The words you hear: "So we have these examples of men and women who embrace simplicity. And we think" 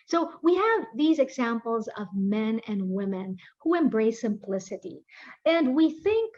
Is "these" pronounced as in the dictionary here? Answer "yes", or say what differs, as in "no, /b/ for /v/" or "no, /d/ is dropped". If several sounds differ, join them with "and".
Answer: yes